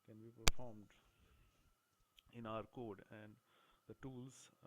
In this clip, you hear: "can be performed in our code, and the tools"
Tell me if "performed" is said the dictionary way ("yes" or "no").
yes